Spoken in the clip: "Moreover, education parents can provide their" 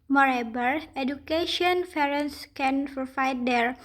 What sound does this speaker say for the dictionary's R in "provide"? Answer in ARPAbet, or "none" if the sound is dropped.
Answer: none